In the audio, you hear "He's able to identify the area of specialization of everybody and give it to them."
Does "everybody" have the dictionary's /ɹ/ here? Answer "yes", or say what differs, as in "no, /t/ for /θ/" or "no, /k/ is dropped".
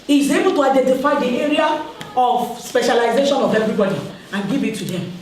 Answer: yes